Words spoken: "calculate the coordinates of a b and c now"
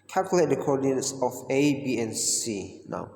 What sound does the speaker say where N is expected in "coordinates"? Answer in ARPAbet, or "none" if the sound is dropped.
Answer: none